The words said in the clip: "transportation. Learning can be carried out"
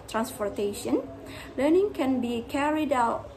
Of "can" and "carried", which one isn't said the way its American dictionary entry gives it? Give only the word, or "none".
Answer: none